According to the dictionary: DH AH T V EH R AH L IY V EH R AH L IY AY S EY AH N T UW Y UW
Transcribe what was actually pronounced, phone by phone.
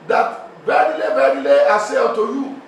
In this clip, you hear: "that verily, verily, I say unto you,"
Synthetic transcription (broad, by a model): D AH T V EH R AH L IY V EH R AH L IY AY S EY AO T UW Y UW